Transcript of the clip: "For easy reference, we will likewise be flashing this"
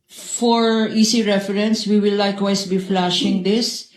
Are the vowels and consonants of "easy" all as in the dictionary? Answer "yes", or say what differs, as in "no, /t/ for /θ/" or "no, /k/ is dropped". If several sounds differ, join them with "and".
no, /s/ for /z/